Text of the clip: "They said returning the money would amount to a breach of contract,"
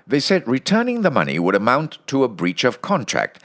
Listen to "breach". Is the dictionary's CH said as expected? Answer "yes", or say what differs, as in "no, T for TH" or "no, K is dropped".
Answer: yes